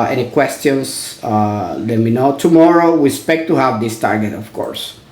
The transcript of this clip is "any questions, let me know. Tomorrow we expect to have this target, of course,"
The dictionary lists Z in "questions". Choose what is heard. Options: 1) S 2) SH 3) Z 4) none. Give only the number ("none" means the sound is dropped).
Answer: 1